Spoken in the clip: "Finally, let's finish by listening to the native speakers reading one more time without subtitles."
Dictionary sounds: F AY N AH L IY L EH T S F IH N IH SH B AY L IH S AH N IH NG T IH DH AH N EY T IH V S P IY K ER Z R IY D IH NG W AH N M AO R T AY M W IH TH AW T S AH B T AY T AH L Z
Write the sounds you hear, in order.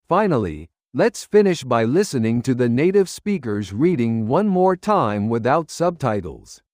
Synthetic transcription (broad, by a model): F AY N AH L IY L EH T S F IH N IH SH B AY L IH S AH N IH NG T IH DH AH N EY T IH V S P IY K ER Z R IY D IH NG W AH N M AO R T AY M W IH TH AW T S AH B T AY T L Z